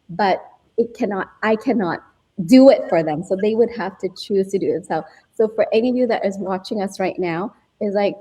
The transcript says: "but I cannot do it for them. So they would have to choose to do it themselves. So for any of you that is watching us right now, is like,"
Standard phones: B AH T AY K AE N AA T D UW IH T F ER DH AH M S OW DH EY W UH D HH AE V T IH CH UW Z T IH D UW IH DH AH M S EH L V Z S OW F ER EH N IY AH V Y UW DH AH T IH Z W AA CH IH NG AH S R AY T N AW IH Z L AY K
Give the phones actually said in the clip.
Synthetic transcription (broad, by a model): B AH T AY K AE N AA T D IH IH T F ER DH AH M S OW DH EY W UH D HH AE F T IH CH UW Z T IH D IH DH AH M S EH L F S OW F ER EH N IY AH V Y UW DH AH T IH Z W AA CH IH NG AH S R AY T N AW IH Z L AY K